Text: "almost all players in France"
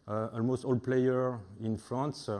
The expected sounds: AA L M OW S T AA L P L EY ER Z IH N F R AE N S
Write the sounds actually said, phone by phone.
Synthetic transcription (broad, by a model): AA L M OW S T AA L P L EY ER IH N F R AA N S